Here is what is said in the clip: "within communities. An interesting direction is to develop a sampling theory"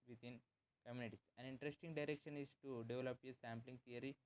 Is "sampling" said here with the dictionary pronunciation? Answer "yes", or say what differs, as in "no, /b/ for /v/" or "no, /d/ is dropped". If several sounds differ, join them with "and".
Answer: yes